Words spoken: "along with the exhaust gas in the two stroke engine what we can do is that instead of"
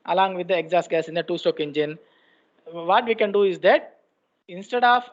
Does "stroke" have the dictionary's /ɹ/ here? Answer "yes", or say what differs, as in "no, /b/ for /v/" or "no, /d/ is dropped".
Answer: no, /ɹ/ is dropped